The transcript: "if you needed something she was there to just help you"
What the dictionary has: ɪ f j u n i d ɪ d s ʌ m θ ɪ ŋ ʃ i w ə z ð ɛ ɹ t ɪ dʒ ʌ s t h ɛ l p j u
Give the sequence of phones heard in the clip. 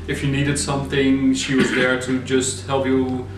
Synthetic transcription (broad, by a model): ɪ f j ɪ n i d ɪ d s ʌ m θ ɪ ŋ ʃ i w ə z ð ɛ ɹ t ɪ dʒ ʌ s t h ɛ l p j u